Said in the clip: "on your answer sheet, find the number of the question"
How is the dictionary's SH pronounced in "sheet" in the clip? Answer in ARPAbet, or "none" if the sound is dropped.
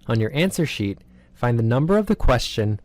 SH